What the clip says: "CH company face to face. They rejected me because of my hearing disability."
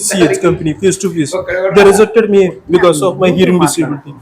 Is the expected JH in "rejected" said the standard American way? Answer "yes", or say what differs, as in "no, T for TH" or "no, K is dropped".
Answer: no, Z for JH